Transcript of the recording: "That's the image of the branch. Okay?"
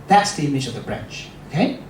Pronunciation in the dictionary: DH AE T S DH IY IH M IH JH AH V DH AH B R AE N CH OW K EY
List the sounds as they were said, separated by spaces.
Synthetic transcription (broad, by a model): DH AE T S DH IY IH M IH JH AH V DH AH B R AE N CH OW K EY